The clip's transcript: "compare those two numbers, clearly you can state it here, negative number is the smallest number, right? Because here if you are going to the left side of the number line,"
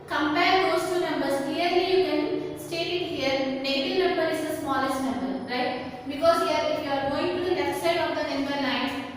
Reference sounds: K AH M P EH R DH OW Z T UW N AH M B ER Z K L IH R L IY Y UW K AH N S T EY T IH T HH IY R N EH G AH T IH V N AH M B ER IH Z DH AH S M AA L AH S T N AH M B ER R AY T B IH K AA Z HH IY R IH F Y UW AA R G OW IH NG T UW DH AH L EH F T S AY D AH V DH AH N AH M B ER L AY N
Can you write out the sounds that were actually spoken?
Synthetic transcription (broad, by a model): K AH M P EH R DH OW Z T UW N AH M B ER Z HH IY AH R IY Y UW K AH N S T EY T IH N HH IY R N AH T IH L N AH M B ER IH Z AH S M AA L AH S T N AH M B ER R AY T B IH K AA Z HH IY R IH F Y UW AA R G OW IH NG T UW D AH N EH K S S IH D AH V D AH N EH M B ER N AY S